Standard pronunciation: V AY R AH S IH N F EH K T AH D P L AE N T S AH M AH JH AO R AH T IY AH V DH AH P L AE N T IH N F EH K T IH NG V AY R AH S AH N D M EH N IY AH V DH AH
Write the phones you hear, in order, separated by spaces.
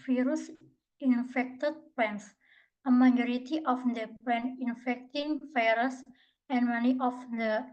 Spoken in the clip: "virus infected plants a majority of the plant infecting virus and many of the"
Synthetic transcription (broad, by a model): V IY R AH S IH N F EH K T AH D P EH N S AH M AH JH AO R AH T IY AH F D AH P EH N IH N F EH K T IH NG F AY R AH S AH N M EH N IY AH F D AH